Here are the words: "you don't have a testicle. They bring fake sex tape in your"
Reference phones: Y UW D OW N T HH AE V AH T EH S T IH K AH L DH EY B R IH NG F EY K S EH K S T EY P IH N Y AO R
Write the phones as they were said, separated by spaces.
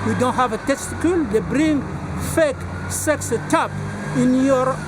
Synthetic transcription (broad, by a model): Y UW D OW N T HH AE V AH T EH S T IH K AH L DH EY B R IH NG F EY K S EH K S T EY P IH N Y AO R